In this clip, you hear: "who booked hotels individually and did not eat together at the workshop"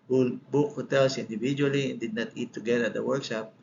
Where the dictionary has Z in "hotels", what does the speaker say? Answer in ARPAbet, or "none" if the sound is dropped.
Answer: S